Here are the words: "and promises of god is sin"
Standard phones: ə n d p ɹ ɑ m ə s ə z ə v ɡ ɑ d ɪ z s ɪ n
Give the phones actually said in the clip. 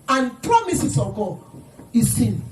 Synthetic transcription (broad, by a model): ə n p ɹ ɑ m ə s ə s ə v ɡ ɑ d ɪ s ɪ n